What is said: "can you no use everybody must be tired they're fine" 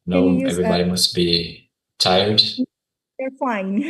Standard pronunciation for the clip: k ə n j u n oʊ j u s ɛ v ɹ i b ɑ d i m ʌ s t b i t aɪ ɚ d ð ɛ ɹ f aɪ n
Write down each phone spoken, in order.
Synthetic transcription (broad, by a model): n n oʊ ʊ ɛ v ɹ i b ɑ d i m ʌ s t b i t aɪ ɚ d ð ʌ ɹ f aɪ n